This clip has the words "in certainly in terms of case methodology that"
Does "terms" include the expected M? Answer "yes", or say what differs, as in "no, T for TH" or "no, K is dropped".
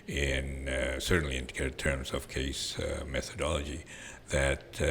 yes